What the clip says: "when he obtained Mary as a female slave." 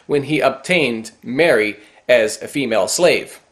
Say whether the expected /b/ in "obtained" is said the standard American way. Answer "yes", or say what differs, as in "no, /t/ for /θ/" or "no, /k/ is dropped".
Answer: yes